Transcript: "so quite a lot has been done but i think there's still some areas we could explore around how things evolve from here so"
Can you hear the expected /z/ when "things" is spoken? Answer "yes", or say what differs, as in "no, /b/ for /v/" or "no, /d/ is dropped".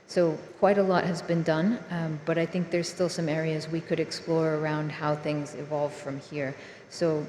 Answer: yes